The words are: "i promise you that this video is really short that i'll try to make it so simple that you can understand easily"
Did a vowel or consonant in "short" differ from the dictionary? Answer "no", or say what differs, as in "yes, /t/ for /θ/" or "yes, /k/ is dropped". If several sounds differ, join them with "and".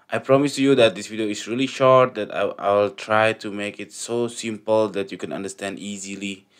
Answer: no